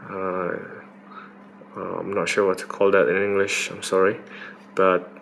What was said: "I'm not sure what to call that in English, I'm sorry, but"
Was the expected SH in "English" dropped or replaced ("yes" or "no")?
no